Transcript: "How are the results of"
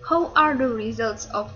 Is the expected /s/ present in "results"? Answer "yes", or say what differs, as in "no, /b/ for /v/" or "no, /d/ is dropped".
yes